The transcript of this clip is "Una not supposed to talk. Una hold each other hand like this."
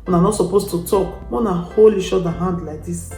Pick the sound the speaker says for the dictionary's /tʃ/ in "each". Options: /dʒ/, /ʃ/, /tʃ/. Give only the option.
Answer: /ʃ/